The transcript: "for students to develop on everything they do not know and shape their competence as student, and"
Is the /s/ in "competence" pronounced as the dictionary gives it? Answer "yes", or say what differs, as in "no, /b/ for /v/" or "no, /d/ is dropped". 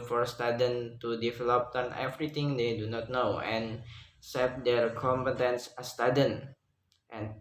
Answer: yes